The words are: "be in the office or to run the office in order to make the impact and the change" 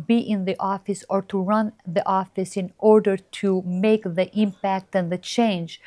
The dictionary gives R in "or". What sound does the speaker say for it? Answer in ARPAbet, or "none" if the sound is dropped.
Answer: R